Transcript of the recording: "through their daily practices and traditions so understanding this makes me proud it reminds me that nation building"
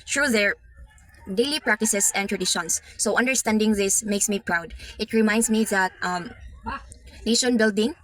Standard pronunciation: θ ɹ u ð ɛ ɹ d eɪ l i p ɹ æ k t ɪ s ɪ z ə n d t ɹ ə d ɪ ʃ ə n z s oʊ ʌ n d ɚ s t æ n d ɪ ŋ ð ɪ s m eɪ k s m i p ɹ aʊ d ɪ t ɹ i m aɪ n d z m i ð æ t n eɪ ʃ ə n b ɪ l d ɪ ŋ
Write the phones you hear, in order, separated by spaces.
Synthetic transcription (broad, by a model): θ ɹ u ð ɛ ɹ d eɪ l i p ɹ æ k t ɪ s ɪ s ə n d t ɹ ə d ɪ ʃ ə n s oʊ ʌ n d ɚ s t æ n d ɪ ŋ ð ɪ s m eɪ k s m i p ɹ aʊ d ɪ t ɹ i m aɪ n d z m i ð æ t n eɪ ʃ ə n b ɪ l d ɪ ŋ